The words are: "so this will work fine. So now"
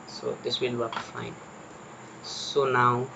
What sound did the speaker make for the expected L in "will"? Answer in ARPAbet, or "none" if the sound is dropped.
N